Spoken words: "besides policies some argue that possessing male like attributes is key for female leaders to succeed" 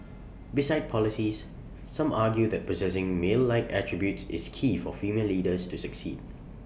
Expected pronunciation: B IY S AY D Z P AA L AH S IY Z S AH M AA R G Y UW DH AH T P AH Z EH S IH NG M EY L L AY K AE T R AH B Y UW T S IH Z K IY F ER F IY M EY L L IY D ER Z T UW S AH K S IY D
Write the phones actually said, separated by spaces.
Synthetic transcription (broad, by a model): B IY S AY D P AA L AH S IY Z S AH M AA G Y UW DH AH T P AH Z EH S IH NG M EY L L AY K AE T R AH B Y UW T S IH S K IY F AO F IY M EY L L IY D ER S T UW S AH K S IY D